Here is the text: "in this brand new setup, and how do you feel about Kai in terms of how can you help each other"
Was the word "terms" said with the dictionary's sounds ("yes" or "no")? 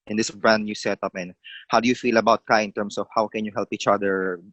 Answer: no